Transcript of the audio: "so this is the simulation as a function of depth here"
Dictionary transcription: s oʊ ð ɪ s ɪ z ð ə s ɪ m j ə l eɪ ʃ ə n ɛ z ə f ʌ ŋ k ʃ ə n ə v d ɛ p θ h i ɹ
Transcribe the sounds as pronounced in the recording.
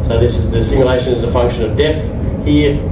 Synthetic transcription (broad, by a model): s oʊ ð ɪ s ɪ z ð ə s ɪ m j ə l eɪ ʃ ə n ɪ z ə f ʌ ŋ k ʃ ə n ə v d ɛ p θ h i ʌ